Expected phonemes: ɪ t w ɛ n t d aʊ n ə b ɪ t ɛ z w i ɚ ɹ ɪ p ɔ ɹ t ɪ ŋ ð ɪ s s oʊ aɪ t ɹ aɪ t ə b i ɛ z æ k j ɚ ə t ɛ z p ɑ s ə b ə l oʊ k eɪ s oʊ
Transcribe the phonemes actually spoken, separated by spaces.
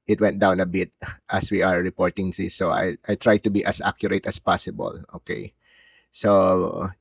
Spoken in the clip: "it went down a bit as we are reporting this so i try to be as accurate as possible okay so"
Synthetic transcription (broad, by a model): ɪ t w ɛ n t d aʊ n ə b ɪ t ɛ s w i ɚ ɹ ɪ p ɔ ɹ t ɪ ŋ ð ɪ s s oʊ aɪ t ɹ aɪ t ə b i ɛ s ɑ k j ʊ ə t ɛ s p ɑ s ə b ə l oʊ k eɪ s oʊ